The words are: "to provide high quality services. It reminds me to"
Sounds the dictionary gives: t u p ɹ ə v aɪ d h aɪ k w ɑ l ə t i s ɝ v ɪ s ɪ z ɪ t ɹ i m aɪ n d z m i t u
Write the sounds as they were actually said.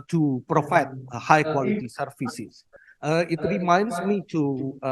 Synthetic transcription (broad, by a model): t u p ɹ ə f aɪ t h aɪ k w ɑ l ə t i s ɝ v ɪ s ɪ s ɪ t ɹ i m aɪ n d s m i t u